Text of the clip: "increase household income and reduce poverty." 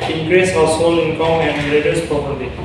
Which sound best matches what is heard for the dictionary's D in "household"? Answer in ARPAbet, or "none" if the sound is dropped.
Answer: none